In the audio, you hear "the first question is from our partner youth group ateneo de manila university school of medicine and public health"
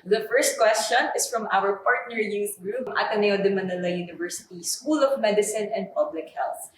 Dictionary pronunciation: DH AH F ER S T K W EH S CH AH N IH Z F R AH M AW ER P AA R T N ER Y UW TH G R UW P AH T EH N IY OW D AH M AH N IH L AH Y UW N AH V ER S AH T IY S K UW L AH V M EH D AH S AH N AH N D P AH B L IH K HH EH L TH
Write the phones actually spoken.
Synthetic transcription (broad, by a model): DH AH F ER S T K W EH S CH AH N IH S F R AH M AW ER P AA R T N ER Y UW S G R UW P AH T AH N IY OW D AH M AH N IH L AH Y UW N AH V ER S AH T IY S K UW L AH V M EH D AH S AH N AH N D P AH B L IH K HH EH L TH